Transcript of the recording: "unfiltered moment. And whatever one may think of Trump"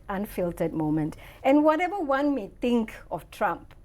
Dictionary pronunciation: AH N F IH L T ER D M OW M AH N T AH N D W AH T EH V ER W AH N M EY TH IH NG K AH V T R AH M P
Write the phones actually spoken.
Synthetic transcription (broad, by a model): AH N F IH L T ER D M OW M AH N T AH N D W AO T EH V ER W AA N M EY T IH NG K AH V T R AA M P